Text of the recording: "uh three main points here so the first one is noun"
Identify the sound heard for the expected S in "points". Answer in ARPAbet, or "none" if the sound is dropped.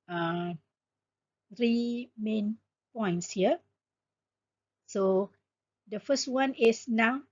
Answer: S